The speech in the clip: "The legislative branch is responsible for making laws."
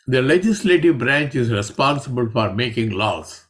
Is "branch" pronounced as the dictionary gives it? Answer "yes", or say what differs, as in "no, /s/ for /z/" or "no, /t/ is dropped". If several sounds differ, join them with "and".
yes